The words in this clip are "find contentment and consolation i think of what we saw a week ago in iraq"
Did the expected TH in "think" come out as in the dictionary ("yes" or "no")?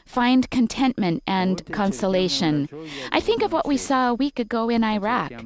yes